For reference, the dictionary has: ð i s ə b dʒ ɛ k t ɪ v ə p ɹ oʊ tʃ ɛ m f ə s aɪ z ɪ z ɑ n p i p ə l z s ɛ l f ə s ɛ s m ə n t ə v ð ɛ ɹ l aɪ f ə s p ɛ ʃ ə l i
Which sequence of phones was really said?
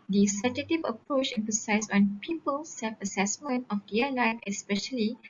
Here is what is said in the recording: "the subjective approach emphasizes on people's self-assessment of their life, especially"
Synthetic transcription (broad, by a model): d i s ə dʒ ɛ t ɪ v ə p ɹ oʊ tʃ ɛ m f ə s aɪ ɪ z ɑ n p i p ə l s ɛ l f ə s ɛ s m ə n t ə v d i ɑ l aɪ f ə s p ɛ ʃ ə l i